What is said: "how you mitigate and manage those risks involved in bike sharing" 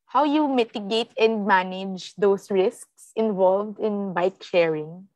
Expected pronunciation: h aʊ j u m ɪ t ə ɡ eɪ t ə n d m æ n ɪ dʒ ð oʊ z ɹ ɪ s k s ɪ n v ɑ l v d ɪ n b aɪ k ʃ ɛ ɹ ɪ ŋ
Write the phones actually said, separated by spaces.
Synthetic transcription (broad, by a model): h aʊ j u m ɪ t ə ɡ eɪ t ə n d m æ n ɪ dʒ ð oʊ s ɹ ɪ s k s ɪ n v ɑ l v d ɪ n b aɪ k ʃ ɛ ɹ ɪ ŋ